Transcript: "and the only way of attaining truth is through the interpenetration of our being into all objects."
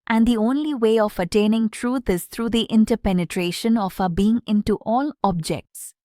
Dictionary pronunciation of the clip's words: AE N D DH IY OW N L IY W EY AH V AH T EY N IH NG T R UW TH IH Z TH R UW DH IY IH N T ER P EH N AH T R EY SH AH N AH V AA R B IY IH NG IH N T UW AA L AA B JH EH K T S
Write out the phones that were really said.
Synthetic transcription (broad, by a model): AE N D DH IY OW N L IY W EY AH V AH T EY N IH NG T R UW T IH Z T R UW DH IY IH N T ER P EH N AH T R EY SH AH N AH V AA B IY IH NG IH N T UW AA L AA B JH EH K T S